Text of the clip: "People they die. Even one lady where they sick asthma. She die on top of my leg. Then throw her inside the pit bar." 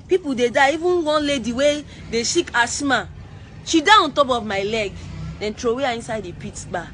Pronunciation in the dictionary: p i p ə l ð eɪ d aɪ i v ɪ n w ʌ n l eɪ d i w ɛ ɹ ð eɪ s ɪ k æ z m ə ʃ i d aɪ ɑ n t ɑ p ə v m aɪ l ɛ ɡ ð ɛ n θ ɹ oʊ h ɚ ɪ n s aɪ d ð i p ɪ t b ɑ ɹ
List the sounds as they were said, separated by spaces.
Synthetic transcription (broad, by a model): p i p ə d eɪ d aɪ i v ɪ n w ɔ n l eɪ d i w ɛ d eɪ ʃ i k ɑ s m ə ʃ i d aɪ ɑ n t ɑ p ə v m aɪ l ɛ ɡ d ɛ n t ɹ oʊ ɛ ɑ ɪ n s aɪ d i p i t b ɑ